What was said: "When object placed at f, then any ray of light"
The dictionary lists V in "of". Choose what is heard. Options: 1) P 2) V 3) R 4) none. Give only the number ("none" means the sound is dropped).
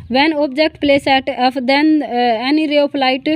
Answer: 1